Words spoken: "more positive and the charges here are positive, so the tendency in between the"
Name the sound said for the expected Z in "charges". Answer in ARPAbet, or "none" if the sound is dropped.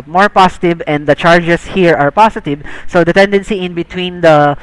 S